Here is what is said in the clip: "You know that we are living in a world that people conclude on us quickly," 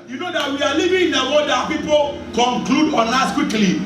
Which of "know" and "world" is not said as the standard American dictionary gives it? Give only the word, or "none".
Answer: world